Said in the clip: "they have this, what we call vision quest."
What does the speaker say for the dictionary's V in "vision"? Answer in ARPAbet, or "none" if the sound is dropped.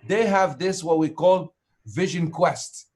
V